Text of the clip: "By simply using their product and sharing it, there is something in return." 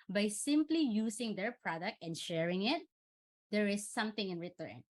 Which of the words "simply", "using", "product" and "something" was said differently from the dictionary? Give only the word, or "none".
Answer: using